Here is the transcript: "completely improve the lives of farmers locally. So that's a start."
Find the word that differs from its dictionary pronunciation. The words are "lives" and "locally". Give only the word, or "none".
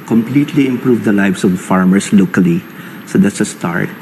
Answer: lives